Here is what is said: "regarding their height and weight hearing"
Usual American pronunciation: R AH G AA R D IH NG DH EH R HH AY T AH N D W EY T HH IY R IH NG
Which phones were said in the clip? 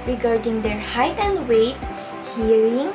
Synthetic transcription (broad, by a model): R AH G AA R D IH NG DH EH R HH AY T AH N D W EY T HH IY R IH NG